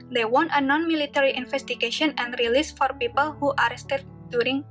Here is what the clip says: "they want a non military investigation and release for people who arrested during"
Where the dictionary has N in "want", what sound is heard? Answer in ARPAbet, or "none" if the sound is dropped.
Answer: N